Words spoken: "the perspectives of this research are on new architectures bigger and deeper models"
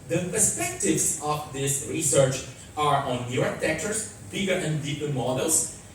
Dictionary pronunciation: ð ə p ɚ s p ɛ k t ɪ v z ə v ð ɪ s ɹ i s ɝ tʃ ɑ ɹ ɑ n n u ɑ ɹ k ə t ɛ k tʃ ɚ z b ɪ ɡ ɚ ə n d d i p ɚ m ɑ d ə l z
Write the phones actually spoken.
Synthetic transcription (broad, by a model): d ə p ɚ s p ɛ k t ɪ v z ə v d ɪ s ɹ i s ɝ tʃ ɑ ɹ ɑ n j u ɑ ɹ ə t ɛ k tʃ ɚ s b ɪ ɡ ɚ ə n d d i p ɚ m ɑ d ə l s